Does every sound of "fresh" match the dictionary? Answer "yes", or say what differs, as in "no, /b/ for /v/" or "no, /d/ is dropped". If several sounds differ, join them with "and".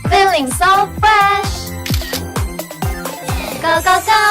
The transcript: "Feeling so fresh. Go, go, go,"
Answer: no, /ɹ/ is dropped